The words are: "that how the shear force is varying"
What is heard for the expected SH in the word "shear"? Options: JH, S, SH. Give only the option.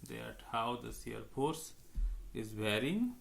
S